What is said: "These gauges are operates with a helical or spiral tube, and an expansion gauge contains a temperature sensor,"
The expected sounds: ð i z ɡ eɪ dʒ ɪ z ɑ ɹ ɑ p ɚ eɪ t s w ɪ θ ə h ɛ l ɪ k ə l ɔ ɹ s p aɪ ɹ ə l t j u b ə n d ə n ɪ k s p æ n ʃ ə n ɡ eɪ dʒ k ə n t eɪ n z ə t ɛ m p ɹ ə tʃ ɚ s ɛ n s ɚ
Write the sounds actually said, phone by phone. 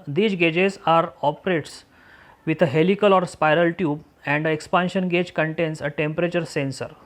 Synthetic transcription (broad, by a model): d i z ɡ eɪ dʒ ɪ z ɑ ɹ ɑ p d eɪ t s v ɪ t ə h ɛ l ɪ k ə l ɔ ɹ s p aɪ ɹ ə l t j u b ə n d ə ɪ k s p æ n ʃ ə n ɡ eɪ dʒ k ə n t eɪ n s ə t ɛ m p ɹ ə tʃ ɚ s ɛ n s ɚ